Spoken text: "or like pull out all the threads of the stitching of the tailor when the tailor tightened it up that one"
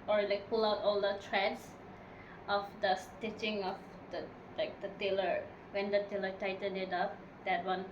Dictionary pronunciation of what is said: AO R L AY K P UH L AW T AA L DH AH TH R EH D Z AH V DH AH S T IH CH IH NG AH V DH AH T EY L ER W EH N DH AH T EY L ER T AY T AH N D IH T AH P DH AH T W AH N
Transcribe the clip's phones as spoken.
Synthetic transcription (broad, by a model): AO R L AY K P UH L AW T AA L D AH T R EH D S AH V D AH S T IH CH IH NG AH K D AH T EY L ER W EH N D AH T EY L ER T AY T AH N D IH T AH P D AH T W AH N